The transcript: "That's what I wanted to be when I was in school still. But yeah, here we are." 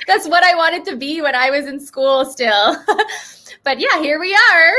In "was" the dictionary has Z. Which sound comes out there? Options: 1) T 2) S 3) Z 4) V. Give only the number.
3